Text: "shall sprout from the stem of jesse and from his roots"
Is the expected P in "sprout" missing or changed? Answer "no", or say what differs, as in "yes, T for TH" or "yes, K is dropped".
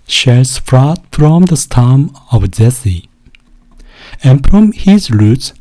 yes, F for P